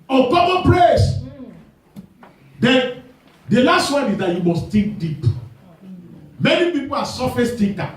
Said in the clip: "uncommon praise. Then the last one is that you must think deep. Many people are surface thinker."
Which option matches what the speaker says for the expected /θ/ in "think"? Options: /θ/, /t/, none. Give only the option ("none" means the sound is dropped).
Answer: /t/